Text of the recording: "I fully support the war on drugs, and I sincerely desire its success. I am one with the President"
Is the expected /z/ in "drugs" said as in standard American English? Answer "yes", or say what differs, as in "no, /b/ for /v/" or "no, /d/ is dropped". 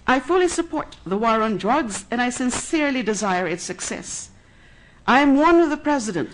yes